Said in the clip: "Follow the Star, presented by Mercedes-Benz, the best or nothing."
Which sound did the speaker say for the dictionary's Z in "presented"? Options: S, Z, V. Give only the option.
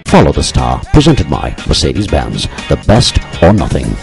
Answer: Z